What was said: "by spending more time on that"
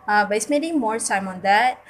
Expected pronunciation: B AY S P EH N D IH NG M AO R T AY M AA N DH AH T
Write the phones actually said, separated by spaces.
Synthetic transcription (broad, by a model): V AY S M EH D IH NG M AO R S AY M AA N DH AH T